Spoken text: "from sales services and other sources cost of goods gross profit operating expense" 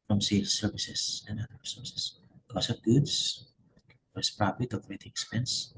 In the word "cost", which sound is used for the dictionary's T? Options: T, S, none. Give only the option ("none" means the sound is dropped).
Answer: none